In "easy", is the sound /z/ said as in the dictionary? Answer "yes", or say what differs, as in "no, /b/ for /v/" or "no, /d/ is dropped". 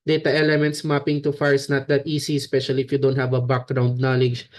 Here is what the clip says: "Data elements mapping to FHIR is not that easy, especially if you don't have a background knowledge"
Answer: no, /s/ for /z/